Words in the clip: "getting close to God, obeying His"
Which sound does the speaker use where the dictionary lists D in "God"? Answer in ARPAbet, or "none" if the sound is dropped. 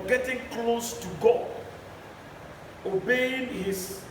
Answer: none